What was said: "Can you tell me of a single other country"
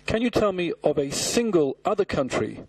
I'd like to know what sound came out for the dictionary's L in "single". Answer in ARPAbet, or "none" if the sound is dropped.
L